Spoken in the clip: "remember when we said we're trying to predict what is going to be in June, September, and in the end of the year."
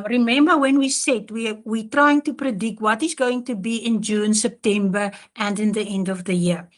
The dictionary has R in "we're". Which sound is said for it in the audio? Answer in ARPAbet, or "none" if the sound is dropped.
W